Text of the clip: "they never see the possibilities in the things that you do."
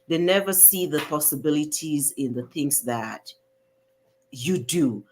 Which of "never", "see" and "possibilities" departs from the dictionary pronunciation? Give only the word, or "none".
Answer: none